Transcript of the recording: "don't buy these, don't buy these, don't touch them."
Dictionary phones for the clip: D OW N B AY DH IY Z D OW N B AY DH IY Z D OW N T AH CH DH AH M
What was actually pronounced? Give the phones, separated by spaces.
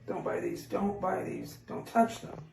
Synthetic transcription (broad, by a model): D OW N B AY DH IY Z D OW N B AY DH IY Z D OW N T AH CH DH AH M